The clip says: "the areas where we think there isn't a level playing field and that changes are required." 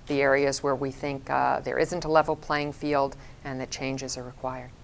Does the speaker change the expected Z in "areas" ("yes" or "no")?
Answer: no